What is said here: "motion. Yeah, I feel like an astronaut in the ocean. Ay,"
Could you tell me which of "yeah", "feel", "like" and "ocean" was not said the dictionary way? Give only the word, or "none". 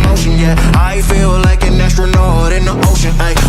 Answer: none